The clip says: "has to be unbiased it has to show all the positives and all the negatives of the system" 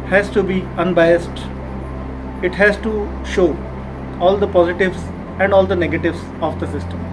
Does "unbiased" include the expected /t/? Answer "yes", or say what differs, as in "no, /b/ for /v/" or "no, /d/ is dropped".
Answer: yes